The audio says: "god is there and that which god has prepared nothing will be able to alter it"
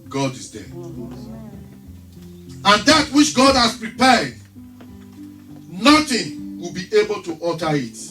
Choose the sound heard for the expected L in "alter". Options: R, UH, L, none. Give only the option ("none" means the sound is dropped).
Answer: none